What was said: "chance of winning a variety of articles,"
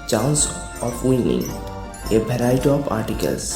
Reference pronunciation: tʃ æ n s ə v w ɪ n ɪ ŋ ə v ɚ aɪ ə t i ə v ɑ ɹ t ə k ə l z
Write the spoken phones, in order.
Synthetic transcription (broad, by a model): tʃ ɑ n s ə p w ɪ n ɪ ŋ ə b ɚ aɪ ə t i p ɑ ɹ t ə k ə l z